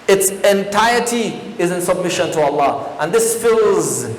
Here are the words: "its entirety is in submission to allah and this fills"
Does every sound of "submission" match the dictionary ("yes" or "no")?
yes